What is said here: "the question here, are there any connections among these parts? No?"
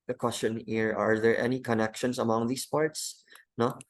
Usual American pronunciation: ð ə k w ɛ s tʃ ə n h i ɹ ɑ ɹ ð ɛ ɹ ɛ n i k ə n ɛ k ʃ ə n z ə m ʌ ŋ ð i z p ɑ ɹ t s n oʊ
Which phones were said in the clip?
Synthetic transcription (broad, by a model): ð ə k w ɛ s tʃ ə n h i ɹ ɑ ɹ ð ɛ ɹ ɛ n i k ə n ɛ k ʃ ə n s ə m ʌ ŋ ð i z p ɑ ɹ t s n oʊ